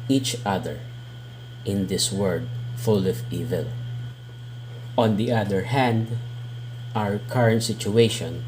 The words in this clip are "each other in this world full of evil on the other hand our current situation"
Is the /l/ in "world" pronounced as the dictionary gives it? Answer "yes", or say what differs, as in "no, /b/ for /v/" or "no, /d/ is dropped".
no, /l/ is dropped